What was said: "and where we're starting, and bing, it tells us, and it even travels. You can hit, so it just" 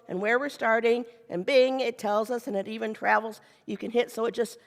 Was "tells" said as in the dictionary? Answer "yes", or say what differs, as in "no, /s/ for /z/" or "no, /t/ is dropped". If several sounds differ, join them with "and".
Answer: yes